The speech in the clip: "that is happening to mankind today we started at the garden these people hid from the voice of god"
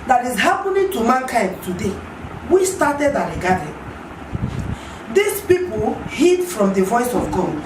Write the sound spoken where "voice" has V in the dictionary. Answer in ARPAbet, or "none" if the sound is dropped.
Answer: V